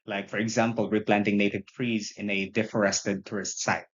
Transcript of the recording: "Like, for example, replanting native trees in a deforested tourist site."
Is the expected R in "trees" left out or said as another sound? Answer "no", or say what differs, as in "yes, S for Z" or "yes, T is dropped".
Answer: no